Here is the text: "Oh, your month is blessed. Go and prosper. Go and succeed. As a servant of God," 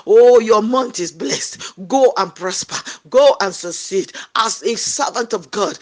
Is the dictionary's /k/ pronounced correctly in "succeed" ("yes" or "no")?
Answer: no